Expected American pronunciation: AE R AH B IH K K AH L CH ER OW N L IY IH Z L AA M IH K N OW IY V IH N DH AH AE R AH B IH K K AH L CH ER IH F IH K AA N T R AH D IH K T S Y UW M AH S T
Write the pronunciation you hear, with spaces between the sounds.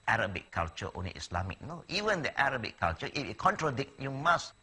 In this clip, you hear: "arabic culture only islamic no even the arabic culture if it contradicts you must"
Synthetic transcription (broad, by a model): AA R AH B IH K K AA L CH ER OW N L IY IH S L AA M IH K N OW IY V IH N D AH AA R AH B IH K K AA L CH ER IH F IH K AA N T R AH D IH K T Y UW M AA S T